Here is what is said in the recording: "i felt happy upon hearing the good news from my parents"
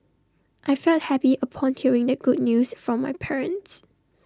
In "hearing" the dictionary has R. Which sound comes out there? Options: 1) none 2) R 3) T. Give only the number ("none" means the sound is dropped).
2